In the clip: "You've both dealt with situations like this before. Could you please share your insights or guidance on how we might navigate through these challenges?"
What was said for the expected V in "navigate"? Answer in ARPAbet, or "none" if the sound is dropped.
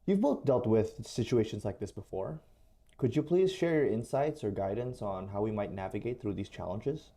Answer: V